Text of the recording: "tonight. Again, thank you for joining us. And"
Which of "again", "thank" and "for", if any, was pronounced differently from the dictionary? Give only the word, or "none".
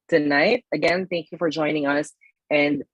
none